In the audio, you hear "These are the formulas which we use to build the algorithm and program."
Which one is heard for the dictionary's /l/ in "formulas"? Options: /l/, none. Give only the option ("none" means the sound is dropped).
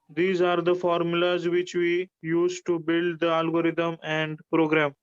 /l/